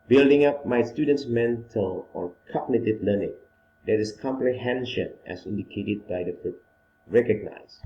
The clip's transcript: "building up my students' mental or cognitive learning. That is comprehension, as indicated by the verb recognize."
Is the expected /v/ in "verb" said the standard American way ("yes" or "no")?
no